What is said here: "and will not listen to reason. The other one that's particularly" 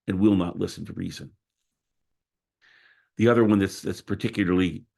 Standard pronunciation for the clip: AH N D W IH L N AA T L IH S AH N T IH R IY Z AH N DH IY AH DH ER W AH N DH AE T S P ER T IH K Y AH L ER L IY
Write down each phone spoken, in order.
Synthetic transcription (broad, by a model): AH N W IH L N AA T L IH S N T IH R IY Z AH N DH IY AH DH ER W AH N DH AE T S P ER T IH K Y L ER L IY